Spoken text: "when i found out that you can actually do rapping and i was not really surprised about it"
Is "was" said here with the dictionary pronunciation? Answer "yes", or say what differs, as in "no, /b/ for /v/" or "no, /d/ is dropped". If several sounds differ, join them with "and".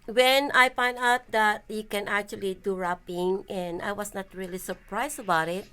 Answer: no, /s/ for /z/